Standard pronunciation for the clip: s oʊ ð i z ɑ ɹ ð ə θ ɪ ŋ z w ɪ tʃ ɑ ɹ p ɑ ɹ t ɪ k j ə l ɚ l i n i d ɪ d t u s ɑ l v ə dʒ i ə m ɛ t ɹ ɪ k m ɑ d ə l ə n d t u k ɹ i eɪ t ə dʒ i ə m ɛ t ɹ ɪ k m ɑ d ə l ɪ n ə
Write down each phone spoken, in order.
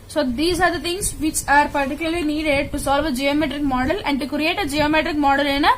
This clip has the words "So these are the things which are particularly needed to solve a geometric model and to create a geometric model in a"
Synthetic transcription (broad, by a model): s oʊ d i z ɑ ɹ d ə t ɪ ŋ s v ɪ tʃ ɑ ɹ p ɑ ɹ t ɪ k j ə l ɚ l i n i d ɪ d t u s ɑ l v ə dʒ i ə m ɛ t ɹ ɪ k m ɑ d ə l ə n d t u k ɹ i eɪ t ə dʒ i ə m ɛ t ɹ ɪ k m ɑ d ə l ɪ n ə